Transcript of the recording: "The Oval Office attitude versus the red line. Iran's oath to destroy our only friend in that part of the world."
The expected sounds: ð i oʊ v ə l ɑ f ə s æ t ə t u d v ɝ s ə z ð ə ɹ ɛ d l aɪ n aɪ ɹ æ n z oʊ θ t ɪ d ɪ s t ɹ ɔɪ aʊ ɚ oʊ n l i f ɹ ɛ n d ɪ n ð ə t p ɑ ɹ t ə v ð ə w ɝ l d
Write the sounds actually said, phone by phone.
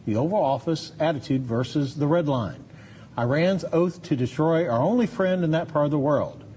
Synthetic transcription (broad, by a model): ð i oʊ v ə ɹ ɑ f ə s æ t ə t u d v ɝ s ə z ð ə ɹ ɛ d l aɪ n aɪ ɹ æ n z oʊ θ t ɪ d ɪ s t ɹ ɔɪ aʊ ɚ oʊ n l i f ɹ ɛ n d ɪ n ð ə t p ɑ ɹ t ə v ð ə w ɝ l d